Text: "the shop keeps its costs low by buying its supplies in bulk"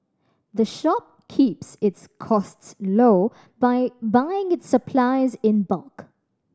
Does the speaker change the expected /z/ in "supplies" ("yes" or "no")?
no